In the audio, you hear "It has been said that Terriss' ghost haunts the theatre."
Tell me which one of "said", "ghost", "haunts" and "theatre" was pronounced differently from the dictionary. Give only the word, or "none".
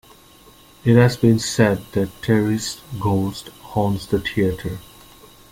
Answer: theatre